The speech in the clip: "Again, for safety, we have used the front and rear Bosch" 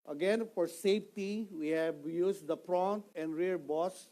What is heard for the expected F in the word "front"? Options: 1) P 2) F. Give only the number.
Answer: 1